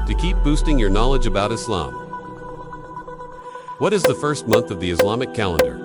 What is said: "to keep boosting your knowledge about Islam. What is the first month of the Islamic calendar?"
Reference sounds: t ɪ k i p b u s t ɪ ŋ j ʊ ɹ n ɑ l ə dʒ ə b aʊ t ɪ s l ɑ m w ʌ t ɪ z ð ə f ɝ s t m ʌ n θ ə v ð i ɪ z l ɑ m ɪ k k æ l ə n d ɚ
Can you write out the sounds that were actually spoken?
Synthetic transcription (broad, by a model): t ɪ k i p b u s t ɪ ŋ j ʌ ɹ n ɑ l ə dʒ ə b aʊ t ɪ s l ɑ m w ʌ t ɪ z ð ə f ɝ s t m ʌ n θ ə v ð i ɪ s l ɑ m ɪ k k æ l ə n d ɚ